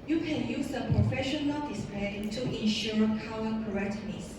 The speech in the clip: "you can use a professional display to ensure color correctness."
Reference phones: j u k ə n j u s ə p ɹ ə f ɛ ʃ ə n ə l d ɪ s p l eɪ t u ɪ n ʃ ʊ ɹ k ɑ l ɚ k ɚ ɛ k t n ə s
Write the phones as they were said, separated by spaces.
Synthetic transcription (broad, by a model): j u k ə n j u s ə p ɹ ə f ɛ ʃ ə n ə l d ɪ s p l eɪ t u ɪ n ʃ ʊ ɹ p ɑ w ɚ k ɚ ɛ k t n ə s